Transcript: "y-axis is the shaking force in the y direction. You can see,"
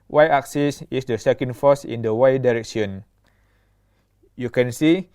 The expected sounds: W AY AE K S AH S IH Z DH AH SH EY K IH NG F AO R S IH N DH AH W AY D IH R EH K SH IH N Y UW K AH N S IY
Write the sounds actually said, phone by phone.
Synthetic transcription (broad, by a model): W AY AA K S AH S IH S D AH S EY K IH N F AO S IH N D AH W AY D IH R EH K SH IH N Y UW K AH N S IY